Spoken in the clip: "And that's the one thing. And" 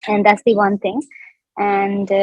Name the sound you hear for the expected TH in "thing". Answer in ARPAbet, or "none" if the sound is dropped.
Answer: T